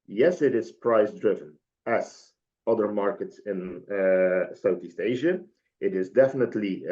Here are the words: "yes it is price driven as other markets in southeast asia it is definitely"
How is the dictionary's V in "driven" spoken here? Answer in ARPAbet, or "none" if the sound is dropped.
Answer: V